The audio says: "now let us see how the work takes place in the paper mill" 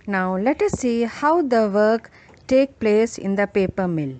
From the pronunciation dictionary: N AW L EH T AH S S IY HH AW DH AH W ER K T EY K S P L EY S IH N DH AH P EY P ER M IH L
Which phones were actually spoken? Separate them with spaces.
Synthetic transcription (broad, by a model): N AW L EH T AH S S IY HH AW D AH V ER K T EY K P L EY S IH N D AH P EY P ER M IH L